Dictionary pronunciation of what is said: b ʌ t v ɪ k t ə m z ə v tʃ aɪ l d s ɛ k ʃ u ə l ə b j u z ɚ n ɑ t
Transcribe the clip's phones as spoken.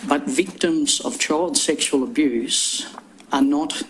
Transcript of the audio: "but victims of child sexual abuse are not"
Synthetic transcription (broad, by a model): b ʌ t v ɪ k t ə m z ə v tʃ aɪ l d s ɛ k ʃ u ə l ə b j u z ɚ n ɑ t